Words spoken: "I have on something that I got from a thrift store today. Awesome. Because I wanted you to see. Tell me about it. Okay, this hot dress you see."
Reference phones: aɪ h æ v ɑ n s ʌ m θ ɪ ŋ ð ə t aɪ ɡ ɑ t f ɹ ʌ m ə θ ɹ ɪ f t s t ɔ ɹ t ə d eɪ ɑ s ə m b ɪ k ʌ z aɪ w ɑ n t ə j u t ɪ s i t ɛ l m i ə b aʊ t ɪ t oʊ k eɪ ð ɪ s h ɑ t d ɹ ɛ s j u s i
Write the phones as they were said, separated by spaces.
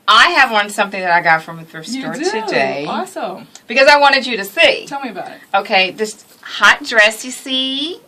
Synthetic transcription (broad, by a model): aɪ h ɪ v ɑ n s ʌ m θ ɪ ŋ ð ə t aɪ ɡ ɑ t f ɹ ʌ m ə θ ʌ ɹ s t ɔ ɹ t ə d eɪ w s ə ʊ b ɪ k ʌ z aɪ w ɑ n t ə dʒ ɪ t ɪ s i t ɛ l m i ə b aʊ t ɪ t oʊ k eɪ ð ɪ s h ɑ t d ɹ ɛ s j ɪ s i